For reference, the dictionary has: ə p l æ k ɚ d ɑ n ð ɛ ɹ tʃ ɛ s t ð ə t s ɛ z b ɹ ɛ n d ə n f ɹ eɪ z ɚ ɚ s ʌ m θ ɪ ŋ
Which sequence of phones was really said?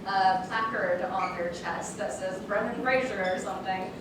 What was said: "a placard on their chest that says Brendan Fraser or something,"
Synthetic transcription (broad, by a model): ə p l æ k ɚ d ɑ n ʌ ɹ tʃ ɛ s t ð ə t s ɛ z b ɹ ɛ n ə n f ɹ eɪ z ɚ ɚ s ʌ m θ ɪ ŋ